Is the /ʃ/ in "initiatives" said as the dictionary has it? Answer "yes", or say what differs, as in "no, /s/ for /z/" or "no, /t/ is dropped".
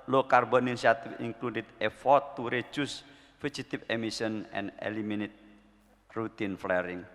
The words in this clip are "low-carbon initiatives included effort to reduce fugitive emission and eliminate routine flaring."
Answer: no, /ʃ/ is dropped